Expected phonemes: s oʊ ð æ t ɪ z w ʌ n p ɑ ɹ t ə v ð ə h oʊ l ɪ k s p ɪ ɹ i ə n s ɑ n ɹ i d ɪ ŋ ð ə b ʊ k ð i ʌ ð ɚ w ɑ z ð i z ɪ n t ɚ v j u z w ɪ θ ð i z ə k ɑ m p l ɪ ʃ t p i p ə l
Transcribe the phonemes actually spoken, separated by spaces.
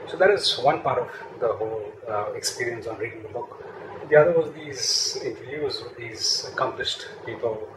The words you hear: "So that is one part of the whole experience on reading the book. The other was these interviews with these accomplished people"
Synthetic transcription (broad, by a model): s oʊ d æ t ɪ z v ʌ n p ɑ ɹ t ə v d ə h oʊ l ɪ k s p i ɹ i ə n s ɑ n ɹ i d ɪ ŋ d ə b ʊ k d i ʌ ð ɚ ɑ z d i z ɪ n t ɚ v j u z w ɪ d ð i z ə k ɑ m p l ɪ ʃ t p i p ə l